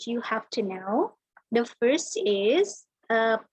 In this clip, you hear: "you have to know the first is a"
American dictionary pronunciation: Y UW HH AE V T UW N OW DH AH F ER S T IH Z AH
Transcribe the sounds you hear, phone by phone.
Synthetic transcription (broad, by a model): Y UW HH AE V T UW N OW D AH F ER S T IH Z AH